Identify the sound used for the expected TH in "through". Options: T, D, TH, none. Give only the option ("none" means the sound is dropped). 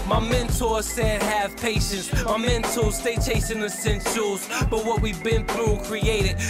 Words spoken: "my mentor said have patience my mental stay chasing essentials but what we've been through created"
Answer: TH